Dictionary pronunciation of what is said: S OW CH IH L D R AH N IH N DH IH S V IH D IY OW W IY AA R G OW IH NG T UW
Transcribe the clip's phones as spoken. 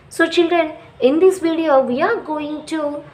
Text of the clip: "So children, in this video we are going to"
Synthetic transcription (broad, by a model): S OW CH IH L D R AH N IH N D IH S V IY D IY OW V IY AA R G OW IH NG T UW